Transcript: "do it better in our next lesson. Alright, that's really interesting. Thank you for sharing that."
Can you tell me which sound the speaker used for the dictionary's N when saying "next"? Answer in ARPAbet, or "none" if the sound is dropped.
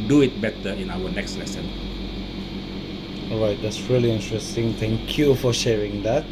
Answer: N